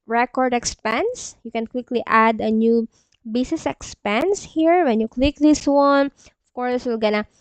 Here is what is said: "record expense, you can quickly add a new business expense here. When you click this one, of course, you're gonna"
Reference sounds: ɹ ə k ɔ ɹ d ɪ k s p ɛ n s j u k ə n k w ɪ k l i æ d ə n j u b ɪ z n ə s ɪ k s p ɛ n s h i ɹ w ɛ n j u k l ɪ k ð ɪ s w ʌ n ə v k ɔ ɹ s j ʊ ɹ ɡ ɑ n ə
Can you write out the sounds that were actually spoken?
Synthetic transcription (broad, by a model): ɹ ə k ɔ ɹ d ɪ k s p ɛ n s j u k ə n k w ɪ k l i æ d ə n j u b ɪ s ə s ɪ k s p ɛ n s h i ɹ w ɛ n j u k l ɪ k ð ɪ s w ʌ n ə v k ɔ ɹ s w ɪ l ɡ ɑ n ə